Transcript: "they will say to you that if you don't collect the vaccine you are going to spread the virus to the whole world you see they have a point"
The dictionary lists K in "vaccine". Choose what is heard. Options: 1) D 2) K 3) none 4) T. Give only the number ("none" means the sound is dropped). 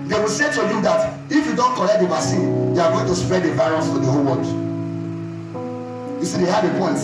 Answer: 3